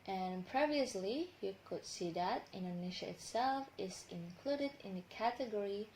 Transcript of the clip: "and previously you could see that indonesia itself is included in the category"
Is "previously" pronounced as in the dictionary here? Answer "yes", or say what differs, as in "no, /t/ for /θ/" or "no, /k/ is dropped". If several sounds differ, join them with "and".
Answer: yes